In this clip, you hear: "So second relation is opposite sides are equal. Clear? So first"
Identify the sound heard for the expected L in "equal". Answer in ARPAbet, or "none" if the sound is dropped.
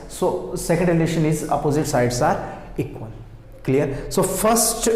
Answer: N